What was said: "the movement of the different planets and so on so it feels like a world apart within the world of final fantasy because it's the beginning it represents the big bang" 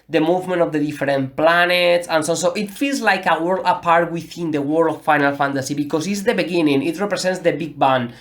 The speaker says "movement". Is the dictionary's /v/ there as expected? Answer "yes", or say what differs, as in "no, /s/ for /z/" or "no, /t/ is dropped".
yes